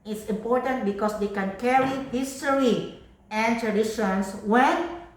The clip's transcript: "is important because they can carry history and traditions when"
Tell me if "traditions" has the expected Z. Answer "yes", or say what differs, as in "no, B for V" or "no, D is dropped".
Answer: no, S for Z